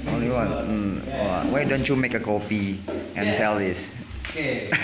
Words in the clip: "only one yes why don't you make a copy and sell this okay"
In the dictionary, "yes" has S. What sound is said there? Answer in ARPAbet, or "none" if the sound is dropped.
none